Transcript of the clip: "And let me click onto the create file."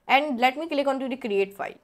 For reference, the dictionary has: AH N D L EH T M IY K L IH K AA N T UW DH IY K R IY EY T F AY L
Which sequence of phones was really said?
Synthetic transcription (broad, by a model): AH N D L EH T M IY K L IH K AA N T UW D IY K R IY EY T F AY L